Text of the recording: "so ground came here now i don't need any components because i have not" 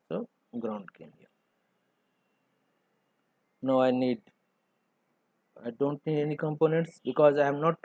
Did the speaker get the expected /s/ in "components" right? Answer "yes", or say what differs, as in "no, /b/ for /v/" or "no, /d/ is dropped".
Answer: yes